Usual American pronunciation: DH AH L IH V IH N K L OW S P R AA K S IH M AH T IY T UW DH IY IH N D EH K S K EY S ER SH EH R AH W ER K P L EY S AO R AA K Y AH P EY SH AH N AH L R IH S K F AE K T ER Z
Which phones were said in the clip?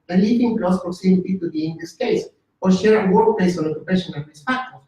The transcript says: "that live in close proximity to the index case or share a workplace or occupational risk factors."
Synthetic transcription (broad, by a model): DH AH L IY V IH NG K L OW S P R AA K S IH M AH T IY T UW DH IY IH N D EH S K EY S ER SH EH R AH W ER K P L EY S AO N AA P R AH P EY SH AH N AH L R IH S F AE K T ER